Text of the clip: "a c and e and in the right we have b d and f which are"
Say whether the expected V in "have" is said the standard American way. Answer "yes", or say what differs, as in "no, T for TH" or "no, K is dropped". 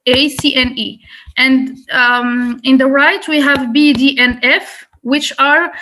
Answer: yes